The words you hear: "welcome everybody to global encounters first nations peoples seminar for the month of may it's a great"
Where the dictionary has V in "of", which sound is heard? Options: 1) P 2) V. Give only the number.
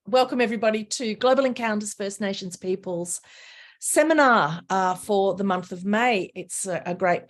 2